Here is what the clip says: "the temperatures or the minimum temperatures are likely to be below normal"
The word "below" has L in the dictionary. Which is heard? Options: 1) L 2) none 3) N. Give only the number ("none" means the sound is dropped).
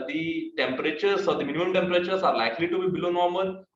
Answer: 1